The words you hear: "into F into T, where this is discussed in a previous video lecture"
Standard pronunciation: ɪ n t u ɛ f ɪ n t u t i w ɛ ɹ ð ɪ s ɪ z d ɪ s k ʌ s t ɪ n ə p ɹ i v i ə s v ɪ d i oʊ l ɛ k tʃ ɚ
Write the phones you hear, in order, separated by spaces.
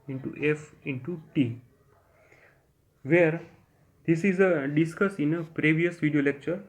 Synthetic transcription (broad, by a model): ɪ n t u ɛ f ɪ n t u t i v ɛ ɹ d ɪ s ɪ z d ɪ s k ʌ s ɪ n ə p ɹ i v i ə s v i d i oʊ l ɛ k tʃ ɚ